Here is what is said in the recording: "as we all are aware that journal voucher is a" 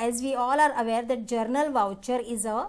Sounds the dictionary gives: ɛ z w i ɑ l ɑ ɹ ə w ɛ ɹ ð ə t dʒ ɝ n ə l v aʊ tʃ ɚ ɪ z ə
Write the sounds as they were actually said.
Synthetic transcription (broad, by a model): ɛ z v i ɑ l ɑ ɹ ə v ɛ ɹ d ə t dʒ ɝ n ə l v aʊ tʃ ɚ ɪ z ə